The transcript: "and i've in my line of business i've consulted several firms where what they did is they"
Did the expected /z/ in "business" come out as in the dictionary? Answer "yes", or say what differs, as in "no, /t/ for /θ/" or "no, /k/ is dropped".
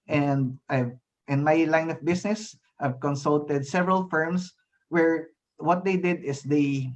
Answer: no, /s/ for /z/